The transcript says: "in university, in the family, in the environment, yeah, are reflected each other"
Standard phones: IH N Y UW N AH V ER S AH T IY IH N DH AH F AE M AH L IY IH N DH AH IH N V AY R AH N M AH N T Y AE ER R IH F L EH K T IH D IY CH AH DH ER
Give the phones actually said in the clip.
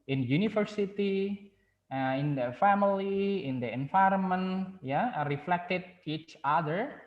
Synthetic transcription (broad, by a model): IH N Y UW N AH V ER S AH T IY IH N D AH F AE M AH L IY IH N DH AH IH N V AY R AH N M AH N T Y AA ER R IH F L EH K T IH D IY CH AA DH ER